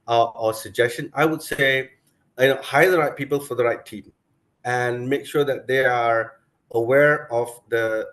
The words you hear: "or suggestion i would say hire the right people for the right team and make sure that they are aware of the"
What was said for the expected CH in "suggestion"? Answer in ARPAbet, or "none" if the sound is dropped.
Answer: CH